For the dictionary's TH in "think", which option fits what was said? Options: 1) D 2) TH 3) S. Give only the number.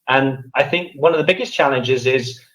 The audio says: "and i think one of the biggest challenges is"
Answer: 2